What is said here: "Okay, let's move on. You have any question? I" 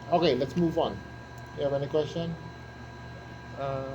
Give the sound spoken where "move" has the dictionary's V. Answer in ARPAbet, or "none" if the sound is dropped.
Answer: V